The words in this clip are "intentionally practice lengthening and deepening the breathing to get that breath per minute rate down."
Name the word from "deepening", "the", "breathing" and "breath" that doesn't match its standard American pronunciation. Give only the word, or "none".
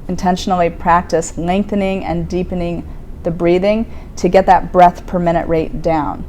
none